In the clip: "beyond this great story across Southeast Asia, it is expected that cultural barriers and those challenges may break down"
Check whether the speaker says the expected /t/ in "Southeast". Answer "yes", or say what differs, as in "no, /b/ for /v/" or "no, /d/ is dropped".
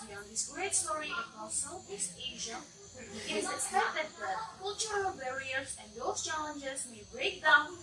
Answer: no, /t/ is dropped